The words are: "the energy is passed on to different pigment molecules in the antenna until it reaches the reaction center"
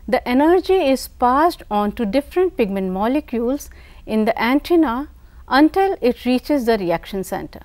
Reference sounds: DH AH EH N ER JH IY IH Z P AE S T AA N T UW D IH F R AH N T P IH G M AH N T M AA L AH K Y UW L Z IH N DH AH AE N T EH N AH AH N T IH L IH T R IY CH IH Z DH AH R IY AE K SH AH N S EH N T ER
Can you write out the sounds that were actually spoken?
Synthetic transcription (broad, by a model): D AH EH N ER JH IY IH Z P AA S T AA N T UW D IH F R AH N T P IH G M AH N T M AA L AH K Y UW L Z IH N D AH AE N T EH N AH AH N T IH L IH T R IY CH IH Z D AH R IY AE K SH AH N S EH N T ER